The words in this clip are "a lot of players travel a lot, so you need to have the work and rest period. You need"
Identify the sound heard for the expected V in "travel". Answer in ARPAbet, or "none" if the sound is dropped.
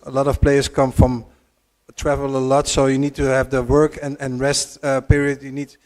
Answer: V